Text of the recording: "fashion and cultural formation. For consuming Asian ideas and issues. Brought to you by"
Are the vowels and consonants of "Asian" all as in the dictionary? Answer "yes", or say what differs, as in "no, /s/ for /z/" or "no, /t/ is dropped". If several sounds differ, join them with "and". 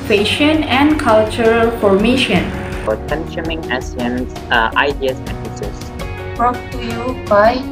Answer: no, /s/ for /ʒ/